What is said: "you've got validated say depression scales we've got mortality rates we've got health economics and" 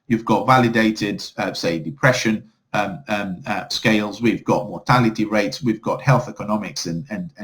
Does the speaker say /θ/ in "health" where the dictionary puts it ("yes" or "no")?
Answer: yes